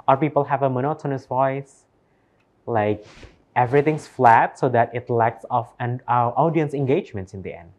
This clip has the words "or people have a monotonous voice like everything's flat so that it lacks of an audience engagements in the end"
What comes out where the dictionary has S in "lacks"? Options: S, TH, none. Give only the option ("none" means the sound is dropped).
S